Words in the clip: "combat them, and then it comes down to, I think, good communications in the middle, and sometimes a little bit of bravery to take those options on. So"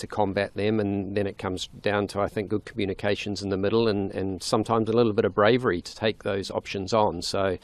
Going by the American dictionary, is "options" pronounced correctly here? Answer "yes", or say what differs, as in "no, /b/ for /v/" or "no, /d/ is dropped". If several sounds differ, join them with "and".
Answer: yes